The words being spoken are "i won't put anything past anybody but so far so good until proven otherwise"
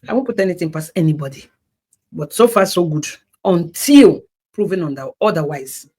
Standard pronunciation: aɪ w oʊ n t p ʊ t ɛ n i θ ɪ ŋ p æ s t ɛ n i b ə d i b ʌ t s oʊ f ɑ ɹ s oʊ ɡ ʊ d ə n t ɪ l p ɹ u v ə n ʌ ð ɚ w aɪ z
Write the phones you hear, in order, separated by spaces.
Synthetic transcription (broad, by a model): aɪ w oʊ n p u t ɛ n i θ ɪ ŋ p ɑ s ɛ n i b ə d i b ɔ t s oʊ f ɑ s oʊ ɡ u d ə n t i l p ɹ u v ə n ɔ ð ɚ w aɪ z